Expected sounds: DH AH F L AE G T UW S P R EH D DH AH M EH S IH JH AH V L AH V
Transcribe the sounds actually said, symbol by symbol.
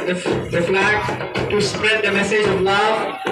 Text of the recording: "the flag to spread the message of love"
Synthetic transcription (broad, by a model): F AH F N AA T UW S P R EH D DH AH M EH S IH JH AH V L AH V